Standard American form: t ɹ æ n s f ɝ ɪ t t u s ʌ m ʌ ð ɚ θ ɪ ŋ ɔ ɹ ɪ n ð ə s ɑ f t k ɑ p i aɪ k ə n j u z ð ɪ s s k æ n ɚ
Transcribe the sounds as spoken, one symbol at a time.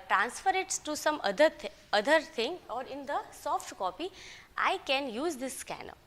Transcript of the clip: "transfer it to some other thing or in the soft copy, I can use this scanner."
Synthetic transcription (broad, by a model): t ɹ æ n s f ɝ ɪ t t u s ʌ m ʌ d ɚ t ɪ ŋ ɔ ɹ ɪ n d ə s ɑ f t k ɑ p i aɪ k ə n j u z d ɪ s s k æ n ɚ